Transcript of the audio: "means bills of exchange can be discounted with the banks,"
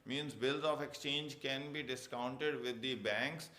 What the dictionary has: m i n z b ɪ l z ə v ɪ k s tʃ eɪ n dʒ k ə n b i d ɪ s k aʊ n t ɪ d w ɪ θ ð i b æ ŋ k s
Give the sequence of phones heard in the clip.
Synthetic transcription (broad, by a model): m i n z b ɪ l z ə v ɪ k s tʃ eɪ n dʒ k ə n b i d ɪ s k aʊ n t ɪ d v ɪ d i b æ ŋ k s